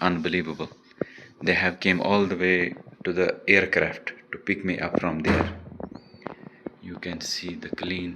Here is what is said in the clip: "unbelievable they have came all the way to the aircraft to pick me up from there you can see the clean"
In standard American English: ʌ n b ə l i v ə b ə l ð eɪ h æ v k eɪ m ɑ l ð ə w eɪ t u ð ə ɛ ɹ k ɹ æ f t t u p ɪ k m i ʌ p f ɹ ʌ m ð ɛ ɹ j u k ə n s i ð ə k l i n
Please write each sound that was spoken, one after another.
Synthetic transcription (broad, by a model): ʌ n b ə l i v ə b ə l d eɪ h æ v k eɪ m ɑ l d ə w eɪ t u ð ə ɛ ɹ k ɹ æ f t t u p ɪ k m i ʌ p f ɹ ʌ m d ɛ ɹ j u k ə n s i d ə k l i n